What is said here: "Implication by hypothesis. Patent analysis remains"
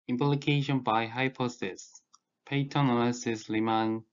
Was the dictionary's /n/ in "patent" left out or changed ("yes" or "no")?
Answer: yes